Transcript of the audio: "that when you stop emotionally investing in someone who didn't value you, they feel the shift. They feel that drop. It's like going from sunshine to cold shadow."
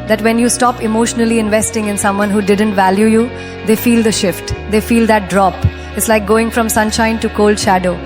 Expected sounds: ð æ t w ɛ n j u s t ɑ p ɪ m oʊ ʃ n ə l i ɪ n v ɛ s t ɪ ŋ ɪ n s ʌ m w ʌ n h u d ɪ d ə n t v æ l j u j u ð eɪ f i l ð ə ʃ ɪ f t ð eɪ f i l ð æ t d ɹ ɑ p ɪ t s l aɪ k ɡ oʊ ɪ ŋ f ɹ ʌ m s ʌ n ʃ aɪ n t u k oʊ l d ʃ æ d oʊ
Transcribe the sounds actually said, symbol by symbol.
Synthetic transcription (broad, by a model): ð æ t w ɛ n j u s t ɑ p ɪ m oʊ ʃ n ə l i ɪ n v ɛ s t ɪ ŋ ɪ n s ʌ m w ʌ n h u d ɪ d ə n t v æ l j u j u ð eɪ f i l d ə ʃ ɪ f t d eɪ f i l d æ t d ɹ ɑ p ɪ t s l aɪ k ɡ oʊ ɪ ŋ f ɹ ʌ m s ʌ n ʃ aɪ n t u k oʊ l d ʃ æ d oʊ